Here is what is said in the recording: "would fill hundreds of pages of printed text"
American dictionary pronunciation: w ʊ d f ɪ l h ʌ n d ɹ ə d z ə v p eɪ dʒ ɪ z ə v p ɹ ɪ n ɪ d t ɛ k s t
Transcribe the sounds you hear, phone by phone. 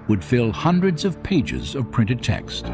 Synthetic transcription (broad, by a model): w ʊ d f ɪ l h ʌ n d ɹ ə d z ə v p eɪ dʒ ɪ z ə v p ɹ ɪ n ɪ d t ɛ k s t